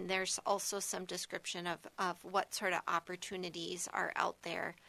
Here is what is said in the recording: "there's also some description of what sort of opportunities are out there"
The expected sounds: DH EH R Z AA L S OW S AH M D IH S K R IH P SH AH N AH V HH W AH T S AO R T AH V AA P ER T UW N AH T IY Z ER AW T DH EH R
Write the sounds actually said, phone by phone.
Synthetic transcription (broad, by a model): DH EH R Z AA L S OW S AH M D IH S K R IH P SH AH N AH V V W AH T S AO R T AH V AA P ER T UW N AH T IY Z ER AW T DH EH R